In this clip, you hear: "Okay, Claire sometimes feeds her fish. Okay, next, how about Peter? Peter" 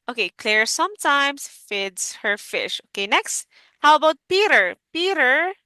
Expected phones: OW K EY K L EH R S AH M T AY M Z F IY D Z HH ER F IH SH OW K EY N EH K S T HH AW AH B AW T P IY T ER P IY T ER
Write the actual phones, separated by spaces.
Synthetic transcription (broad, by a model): OW K EY K L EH R S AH M T AY M S F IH D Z HH ER F IH SH OW K EY N EH K S T HH AW AH B AW T P IY T ER P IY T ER